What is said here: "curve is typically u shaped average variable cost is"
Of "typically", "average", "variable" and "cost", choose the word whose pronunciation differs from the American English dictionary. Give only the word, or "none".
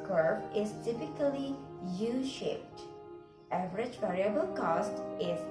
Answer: none